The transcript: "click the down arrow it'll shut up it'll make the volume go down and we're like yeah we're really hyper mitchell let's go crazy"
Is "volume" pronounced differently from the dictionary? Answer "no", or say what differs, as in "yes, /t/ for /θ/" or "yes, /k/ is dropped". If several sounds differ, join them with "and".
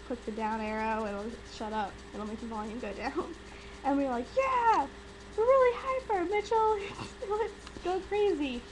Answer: yes, /n/ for /l/